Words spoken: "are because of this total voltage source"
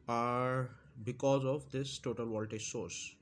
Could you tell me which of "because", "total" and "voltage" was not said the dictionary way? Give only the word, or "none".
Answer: voltage